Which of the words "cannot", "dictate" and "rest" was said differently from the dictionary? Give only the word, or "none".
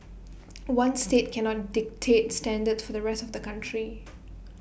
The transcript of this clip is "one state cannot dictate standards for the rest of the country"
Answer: none